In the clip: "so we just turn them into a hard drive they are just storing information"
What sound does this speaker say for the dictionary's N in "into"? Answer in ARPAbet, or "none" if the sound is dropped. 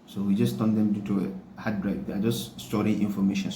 none